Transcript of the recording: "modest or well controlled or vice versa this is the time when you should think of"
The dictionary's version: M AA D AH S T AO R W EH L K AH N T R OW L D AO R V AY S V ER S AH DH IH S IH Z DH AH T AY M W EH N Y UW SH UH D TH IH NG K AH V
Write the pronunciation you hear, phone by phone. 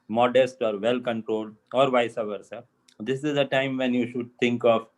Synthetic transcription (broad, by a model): M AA D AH S T AO R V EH L K AH N T R OW L D AO R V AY S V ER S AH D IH S IH Z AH T AY M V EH N Y UW SH UH D T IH NG K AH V